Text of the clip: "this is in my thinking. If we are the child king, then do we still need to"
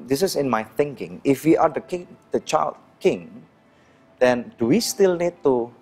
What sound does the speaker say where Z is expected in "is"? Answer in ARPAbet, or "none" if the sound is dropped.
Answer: S